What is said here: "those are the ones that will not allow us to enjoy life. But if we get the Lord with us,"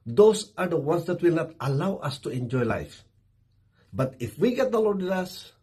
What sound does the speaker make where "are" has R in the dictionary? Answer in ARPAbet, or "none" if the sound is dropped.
R